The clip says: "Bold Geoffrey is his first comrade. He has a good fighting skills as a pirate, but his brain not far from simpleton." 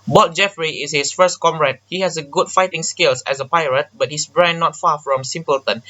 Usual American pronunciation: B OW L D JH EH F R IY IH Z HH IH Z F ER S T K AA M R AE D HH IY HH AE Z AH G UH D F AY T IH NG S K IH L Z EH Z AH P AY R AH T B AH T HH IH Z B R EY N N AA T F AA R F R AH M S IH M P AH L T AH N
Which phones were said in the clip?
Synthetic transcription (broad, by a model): B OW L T JH EH F R IY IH S HH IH S F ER S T K AA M R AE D HH IY HH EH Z AH G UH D F AY T IH NG S K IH L S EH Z AH P AY R AH T B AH T HH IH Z B R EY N N AA T F AA F R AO M S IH M P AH L T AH N